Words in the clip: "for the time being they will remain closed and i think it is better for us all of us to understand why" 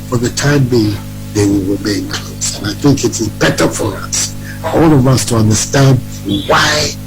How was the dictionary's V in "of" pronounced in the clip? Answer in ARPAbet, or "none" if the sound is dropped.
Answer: V